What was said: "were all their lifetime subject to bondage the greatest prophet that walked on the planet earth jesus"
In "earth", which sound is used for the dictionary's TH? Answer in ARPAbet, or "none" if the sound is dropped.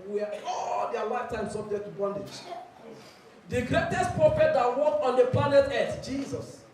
S